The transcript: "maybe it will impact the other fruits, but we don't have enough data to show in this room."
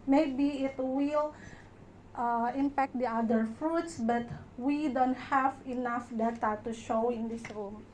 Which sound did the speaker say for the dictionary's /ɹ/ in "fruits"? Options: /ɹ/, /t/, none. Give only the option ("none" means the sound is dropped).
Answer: /ɹ/